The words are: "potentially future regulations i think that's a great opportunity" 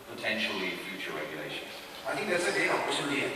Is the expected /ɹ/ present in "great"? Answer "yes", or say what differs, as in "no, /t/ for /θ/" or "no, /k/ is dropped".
no, /ɹ/ is dropped